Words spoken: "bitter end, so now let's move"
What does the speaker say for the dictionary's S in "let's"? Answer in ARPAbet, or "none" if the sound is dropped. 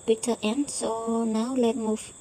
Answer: none